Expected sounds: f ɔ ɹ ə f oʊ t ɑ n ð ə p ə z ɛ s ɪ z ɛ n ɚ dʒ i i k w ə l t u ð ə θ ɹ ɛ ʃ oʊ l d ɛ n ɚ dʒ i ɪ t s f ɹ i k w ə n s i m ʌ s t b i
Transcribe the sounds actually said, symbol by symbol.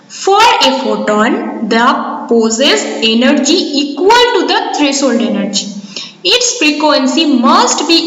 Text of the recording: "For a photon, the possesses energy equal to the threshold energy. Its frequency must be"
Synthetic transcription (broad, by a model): f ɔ ɹ ə f oʊ t ɑ n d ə p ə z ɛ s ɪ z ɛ n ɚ dʒ i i k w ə l t u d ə t ɹ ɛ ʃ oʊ l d ɛ n ɚ dʒ i ɪ t s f ɹ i k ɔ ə n s i m ʌ s t b i